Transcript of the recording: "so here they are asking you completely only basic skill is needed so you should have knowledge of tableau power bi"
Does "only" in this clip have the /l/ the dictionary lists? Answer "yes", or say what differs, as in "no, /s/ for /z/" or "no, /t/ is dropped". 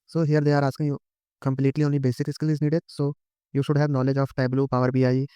no, /l/ is dropped